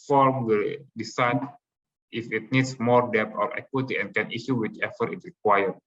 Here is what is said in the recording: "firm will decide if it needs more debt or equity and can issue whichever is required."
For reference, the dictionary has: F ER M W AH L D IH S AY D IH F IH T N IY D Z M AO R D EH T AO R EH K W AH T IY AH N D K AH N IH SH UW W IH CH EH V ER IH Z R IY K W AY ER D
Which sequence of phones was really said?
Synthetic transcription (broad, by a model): F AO M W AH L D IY S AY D IH F IH T N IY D S M AO R D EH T AO R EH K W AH T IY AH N K AH N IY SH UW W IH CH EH F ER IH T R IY K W AY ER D